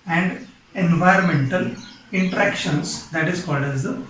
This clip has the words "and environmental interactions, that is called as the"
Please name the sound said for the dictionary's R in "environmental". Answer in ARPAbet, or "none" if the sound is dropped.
R